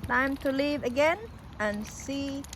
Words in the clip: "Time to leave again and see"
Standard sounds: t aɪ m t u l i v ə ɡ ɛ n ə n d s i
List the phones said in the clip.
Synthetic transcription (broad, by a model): t aɪ m t u l i v ə ɡ ɛ n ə n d s i